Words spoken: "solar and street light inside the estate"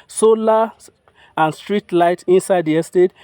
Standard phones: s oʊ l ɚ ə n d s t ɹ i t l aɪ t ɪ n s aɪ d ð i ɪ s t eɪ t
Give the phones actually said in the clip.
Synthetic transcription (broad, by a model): s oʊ l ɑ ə n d s t ɹ i t l aɪ t ɪ n s aɪ d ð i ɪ s t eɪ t